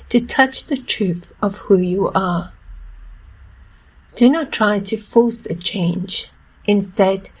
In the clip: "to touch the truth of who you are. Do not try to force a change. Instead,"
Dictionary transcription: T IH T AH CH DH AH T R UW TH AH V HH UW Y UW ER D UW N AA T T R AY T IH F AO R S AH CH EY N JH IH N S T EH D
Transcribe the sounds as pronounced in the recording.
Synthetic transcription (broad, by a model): T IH T AH CH DH AH T R UW TH AH V HH UW Y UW ER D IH N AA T T R AY T IH F AO R S AH CH EY N JH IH N S T EH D